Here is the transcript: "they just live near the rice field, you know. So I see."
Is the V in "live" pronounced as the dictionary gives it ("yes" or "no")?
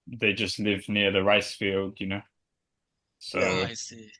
yes